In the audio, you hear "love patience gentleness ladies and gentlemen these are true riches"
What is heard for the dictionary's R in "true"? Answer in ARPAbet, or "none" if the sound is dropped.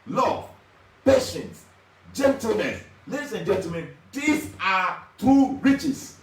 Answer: none